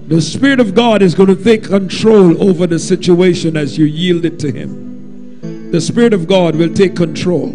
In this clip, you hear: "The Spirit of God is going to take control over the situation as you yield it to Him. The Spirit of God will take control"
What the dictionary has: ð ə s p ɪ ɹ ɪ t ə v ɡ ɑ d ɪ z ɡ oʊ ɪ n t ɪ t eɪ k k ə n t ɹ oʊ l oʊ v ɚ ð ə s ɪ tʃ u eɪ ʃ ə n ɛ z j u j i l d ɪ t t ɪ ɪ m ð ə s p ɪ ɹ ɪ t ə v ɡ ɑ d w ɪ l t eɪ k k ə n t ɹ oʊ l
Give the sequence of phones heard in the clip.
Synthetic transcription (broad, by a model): ð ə s p ɪ ɹ ɪ t ə v ɡ ɑ d ɪ z ɡ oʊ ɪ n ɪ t eɪ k k ə n t ɹ oʊ l oʊ v ɚ ð ə s ɪ tʃ u eɪ ʃ ə n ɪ z j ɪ j i l d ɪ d t ɪ ɪ m ð ə s p ɪ ɹ ɪ t ə v ɡ ɑ d w ɪ l t eɪ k k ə n t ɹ oʊ l